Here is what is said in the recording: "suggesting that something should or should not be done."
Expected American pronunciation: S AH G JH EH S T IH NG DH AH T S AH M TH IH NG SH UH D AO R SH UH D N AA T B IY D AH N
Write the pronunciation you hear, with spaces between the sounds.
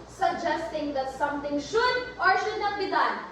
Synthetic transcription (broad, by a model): S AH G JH EH S T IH NG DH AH T S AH M T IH NG SH UH D AO R SH UH D N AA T B IY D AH N